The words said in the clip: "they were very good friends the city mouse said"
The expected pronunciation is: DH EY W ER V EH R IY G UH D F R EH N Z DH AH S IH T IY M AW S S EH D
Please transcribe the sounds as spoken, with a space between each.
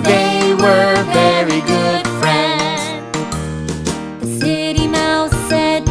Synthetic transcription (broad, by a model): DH EY W ER V EH R IY G UH D F R EH N Z DH AH S IH T IY M AW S S EH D